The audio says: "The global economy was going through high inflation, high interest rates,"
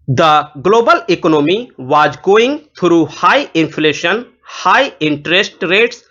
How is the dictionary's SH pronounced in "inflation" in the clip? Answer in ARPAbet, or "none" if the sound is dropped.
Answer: SH